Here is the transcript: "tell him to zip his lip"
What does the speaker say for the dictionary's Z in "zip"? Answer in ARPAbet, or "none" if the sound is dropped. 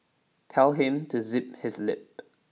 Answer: Z